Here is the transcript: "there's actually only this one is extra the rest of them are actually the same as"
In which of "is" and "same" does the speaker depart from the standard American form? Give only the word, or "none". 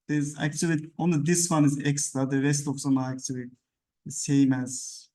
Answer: none